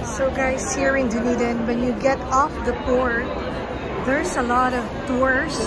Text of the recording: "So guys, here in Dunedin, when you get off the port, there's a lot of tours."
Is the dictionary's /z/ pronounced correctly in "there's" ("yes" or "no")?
no